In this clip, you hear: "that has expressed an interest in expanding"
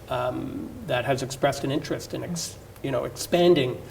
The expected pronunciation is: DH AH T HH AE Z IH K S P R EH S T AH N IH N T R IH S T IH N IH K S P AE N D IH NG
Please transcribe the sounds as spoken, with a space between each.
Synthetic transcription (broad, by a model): DH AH T HH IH Z IH K S P R EH S T AH N IH N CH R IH S T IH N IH K S P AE N D IH NG